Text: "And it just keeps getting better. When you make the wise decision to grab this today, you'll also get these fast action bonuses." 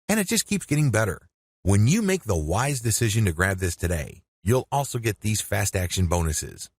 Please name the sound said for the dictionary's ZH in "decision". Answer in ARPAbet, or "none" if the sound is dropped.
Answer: ZH